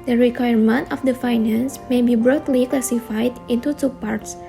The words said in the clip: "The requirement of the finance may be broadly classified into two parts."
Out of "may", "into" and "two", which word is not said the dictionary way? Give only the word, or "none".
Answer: none